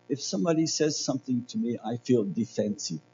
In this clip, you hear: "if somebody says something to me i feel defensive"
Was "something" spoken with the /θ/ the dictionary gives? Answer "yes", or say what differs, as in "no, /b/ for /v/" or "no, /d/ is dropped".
yes